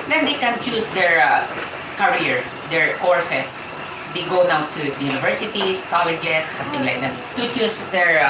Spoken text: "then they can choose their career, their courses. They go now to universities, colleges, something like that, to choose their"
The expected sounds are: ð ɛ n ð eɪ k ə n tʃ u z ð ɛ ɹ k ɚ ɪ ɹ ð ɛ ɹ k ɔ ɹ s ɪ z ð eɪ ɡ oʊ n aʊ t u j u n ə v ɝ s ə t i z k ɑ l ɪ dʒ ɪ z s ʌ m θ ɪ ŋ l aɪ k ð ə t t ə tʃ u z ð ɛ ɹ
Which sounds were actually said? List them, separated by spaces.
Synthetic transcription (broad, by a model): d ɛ n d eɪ k ə n tʃ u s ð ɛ ɹ k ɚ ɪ ɹ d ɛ ɹ k ɔ ɹ s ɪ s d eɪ ɡ oʊ n aʊ t u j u n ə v ɝ s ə t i s k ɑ l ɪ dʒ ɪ s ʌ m t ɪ ŋ l aɪ k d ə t t ə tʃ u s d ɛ ɹ